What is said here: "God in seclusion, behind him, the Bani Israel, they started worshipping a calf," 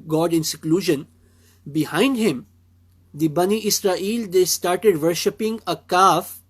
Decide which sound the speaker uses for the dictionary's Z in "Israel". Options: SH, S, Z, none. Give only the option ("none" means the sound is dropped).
S